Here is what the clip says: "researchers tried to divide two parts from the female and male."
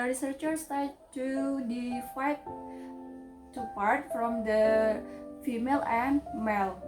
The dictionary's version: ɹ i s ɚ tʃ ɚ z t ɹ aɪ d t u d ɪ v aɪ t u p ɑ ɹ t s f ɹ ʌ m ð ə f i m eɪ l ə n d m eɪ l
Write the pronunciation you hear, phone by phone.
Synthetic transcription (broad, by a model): ɹ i s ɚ tʃ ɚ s t aɪ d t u d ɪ f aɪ t u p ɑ ɹ t f ɹ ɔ m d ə f i m eɪ l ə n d m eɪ l